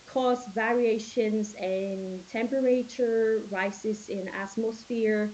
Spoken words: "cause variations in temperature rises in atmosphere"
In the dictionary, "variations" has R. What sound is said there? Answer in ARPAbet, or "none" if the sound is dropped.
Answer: R